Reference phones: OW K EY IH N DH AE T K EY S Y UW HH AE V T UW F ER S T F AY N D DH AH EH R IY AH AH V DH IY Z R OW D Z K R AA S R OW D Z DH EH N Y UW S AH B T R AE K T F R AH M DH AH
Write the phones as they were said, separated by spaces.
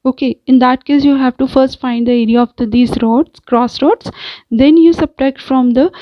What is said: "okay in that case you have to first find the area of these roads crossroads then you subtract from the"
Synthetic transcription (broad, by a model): OW K EY IH N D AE T K EY S Y UW HH AE V T UW F ER S T F AY N D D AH EH R IY AH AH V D IY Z R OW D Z K R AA S R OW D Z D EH N Y UW S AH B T AE K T F R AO M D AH